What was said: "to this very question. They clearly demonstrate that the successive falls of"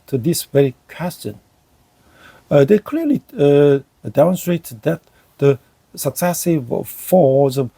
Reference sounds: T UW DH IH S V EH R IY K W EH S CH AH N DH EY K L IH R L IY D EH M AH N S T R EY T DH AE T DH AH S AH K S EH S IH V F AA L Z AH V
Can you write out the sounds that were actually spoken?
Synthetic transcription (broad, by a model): T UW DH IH S V EH R IY K W EH S CH AH N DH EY K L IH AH L IY D EH M AH N S T R EY T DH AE T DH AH S AH K S EH S IH V F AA Z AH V